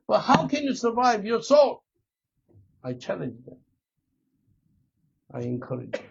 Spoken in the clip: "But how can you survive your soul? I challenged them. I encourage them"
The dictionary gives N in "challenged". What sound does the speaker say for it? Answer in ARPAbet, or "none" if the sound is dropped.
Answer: none